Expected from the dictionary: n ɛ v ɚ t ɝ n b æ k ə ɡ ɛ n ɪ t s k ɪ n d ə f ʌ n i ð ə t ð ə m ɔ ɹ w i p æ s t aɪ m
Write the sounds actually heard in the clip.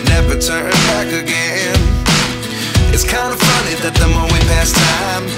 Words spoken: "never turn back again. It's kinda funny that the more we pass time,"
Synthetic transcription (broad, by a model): n ɛ v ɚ t ɝ n b æ k ə ɡ ɛ n ɪ t s k ɪ n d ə f ʌ n i ð ə t ð ə m ɔ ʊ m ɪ p æ s t aɪ m